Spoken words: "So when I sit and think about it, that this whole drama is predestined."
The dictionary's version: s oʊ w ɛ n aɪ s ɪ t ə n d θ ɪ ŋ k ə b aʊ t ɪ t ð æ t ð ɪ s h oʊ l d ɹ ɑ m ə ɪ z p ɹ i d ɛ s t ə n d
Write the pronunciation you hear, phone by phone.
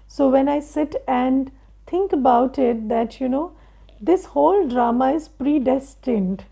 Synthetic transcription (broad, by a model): s oʊ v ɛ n aɪ s ɪ t ə n d t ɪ ŋ k ə b aʊ t ɪ t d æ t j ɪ s h oʊ l d ɹ ɑ m ə ɪ z p ɹ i d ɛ s t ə n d